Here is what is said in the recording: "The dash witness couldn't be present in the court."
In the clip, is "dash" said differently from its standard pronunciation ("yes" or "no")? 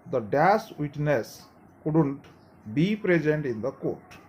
yes